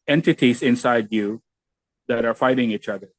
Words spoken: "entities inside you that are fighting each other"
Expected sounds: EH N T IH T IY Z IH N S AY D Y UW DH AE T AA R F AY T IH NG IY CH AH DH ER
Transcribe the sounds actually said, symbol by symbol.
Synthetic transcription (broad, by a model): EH N T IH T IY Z IH N S AY D Y UW DH AE T AA R F AY T IH NG IY CH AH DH ER